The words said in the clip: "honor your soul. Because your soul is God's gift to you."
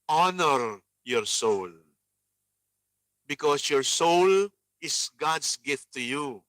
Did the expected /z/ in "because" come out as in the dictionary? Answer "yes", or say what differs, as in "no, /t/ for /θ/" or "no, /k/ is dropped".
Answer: no, /s/ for /z/